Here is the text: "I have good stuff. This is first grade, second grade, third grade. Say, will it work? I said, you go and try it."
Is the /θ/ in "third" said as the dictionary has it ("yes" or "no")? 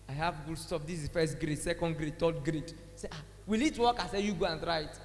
no